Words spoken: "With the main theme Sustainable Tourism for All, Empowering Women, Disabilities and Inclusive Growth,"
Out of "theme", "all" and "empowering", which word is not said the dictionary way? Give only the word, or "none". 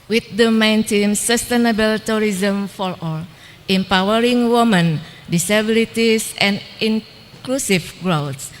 theme